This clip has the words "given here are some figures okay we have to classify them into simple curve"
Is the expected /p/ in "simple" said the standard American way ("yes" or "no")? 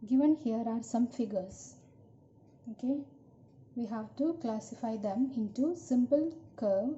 yes